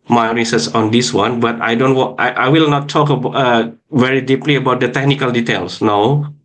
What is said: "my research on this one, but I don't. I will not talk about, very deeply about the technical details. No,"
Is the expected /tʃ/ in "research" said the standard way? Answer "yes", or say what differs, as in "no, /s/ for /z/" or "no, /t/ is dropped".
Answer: no, /s/ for /tʃ/